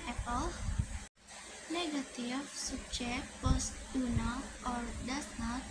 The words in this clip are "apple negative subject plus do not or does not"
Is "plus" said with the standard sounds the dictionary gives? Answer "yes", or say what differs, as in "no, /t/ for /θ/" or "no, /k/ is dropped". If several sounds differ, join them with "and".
no, /l/ is dropped